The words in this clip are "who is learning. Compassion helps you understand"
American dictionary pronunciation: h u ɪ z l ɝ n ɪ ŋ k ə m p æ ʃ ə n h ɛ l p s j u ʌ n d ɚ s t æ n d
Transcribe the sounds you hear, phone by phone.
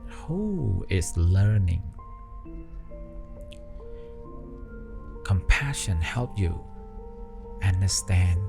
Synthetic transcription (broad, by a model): h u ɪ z l ɝ n ɪ ŋ k ə m p æ ʃ ə n h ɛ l p j u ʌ n d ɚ s t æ n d